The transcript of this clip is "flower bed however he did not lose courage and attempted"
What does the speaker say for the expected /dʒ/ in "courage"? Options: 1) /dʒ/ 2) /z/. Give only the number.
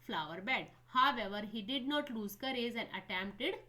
2